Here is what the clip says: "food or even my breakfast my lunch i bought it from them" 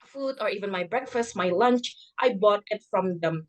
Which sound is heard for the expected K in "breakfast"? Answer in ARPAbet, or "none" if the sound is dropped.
K